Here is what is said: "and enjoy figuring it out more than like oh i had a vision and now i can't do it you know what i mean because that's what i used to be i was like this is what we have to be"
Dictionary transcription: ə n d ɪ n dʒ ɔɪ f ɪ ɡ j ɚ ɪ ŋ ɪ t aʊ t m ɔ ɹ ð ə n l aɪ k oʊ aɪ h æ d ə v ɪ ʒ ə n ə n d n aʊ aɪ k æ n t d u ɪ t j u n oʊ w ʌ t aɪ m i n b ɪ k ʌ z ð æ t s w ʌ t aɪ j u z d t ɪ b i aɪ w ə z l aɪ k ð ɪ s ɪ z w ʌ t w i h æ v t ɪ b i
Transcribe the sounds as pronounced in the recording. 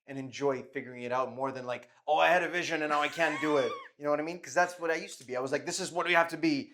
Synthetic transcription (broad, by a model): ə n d ɪ n dʒ ɔɪ f ɪ ɡ j ɚ ɪ ŋ ɪ t aʊ t m ɔ ɹ ð ə n l aɪ k oʊ aɪ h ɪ d ə v ɪ ʒ ə n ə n n aʊ aɪ k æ n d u ɪ t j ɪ n oʊ w ʌ t aɪ m i n k ʌ z ð æ t s w ʌ t aɪ j u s t ɪ b i aɪ w ə z l aɪ k ð ɪ s ɪ z w ʌ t w i h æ f t ɪ b i